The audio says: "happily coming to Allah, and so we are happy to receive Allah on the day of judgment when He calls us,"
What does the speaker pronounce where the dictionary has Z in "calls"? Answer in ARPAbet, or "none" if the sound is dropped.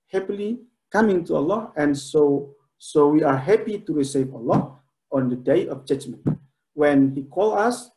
none